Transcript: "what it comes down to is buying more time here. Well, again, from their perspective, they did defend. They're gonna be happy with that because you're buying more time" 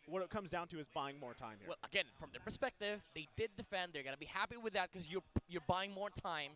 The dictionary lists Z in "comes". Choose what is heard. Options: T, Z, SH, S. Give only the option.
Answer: Z